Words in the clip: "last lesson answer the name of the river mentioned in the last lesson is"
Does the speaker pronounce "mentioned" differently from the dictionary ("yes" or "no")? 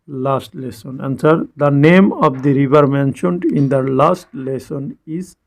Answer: no